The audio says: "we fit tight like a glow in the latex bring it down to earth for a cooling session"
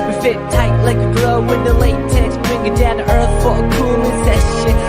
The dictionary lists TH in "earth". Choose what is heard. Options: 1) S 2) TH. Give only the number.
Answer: 2